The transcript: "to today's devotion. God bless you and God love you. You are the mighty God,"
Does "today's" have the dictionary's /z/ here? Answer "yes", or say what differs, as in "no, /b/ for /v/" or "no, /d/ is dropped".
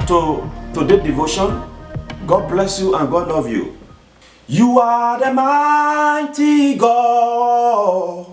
no, /z/ is dropped